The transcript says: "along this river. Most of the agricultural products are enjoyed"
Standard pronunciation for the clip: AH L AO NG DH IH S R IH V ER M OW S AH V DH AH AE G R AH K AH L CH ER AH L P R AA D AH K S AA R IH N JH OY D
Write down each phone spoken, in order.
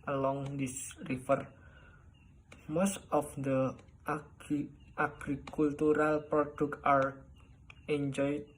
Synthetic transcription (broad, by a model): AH L AO NG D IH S R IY F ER M OW S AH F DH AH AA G R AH K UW L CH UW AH L P R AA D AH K AA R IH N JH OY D